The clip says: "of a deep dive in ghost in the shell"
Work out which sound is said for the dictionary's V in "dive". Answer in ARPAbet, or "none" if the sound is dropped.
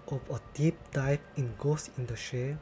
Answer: P